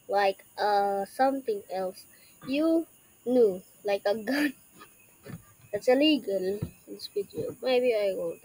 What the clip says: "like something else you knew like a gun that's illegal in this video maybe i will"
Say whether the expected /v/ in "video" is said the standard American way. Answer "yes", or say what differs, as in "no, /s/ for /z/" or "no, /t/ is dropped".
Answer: no, /p/ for /v/